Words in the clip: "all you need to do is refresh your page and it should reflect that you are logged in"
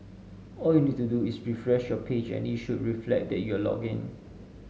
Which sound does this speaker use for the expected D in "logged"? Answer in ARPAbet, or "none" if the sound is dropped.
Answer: none